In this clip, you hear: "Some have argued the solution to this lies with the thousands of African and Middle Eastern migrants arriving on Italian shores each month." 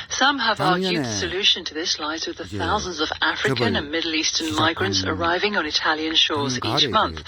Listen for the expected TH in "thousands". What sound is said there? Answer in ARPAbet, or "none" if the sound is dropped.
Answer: TH